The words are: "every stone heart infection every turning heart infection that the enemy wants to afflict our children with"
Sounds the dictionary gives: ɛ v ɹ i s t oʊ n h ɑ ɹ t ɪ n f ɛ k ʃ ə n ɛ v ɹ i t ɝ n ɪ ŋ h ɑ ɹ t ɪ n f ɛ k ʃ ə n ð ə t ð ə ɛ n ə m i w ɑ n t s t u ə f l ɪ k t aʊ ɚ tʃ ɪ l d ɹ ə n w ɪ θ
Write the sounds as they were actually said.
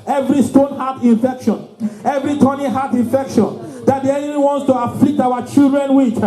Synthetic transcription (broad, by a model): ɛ v ɹ i s t oʊ n h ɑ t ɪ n f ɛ k ʃ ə n ɛ v ɹ i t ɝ n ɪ h ɑ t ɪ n f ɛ k ʃ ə n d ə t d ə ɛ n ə i w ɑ n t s t u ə f l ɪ k t aʊ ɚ tʃ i l d ɹ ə n w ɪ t